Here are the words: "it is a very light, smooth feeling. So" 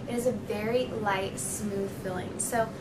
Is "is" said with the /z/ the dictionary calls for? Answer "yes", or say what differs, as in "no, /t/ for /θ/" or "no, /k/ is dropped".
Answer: yes